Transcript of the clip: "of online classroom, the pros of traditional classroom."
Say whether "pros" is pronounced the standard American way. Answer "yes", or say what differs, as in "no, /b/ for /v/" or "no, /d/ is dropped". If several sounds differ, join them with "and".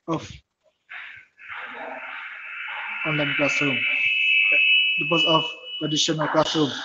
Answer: no, /ɹ/ is dropped